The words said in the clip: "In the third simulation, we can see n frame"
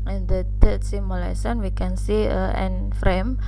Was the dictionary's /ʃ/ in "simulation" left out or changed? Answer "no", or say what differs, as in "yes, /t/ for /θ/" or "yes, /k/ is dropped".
yes, /s/ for /ʃ/